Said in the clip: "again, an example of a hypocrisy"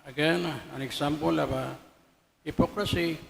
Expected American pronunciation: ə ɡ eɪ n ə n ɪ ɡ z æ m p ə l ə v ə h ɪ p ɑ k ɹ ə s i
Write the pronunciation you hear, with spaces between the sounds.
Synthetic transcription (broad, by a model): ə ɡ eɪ n ə n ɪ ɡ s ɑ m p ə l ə b ə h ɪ p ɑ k ɹ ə s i